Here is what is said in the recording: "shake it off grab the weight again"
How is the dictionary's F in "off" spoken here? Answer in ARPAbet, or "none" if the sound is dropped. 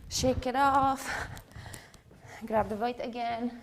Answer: F